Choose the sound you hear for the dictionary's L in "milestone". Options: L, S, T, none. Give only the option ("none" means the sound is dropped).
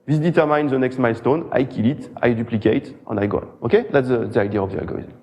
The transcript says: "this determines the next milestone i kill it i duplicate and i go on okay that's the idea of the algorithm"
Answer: L